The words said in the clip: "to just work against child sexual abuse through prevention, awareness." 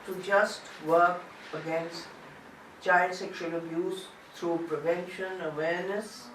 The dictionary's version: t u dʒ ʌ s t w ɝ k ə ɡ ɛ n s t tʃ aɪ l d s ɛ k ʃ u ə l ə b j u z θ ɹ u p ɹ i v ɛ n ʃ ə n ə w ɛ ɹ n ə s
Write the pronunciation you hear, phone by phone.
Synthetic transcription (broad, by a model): t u dʒ ʌ s t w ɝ k ə ɡ ɛ n s t tʃ aɪ l d s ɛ k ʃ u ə l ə b j u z t ɹ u p ɹ i v ɛ n ʃ ə n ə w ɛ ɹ n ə s